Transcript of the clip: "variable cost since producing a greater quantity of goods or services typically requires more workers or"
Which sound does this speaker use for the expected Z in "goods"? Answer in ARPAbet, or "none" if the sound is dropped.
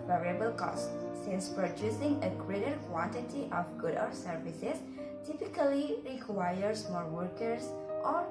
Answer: none